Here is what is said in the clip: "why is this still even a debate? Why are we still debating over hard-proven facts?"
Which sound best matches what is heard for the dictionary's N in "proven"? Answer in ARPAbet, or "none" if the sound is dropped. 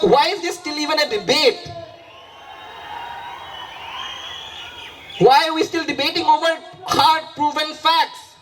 L